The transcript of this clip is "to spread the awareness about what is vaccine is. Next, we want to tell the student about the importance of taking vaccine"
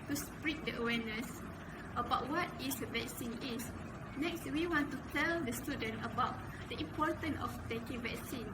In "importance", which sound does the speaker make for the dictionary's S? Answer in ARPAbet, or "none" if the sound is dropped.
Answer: none